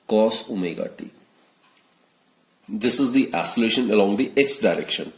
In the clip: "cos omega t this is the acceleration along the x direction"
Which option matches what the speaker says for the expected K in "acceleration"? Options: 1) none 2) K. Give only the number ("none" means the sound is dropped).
1